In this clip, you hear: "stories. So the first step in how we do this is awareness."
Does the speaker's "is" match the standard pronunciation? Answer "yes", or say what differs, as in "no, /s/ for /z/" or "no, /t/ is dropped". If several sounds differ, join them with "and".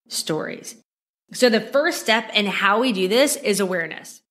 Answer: yes